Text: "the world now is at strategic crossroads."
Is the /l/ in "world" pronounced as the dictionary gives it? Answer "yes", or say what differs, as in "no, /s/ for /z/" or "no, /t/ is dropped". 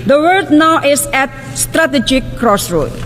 no, /l/ is dropped